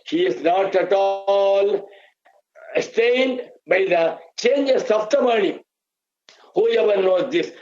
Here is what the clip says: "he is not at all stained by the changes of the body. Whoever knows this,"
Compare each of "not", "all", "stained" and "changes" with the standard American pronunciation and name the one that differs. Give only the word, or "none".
changes